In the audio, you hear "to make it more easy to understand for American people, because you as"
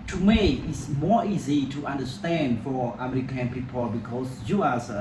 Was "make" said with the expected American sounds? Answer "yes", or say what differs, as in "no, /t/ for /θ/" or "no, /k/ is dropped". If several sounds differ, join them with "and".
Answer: no, /k/ is dropped